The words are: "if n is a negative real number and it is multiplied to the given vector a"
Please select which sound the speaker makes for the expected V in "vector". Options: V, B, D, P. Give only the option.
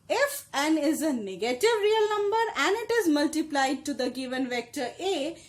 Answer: V